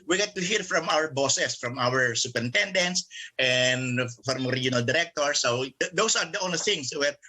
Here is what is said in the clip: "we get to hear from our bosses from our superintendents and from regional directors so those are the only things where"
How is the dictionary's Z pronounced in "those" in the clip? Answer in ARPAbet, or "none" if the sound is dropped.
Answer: S